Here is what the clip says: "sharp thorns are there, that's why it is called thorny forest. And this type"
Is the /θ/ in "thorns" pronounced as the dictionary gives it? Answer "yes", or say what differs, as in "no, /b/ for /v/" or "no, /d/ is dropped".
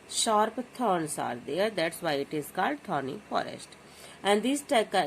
no, /t/ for /θ/